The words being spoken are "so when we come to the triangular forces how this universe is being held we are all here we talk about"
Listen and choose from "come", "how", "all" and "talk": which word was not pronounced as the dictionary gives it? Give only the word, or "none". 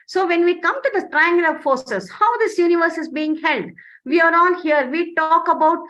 all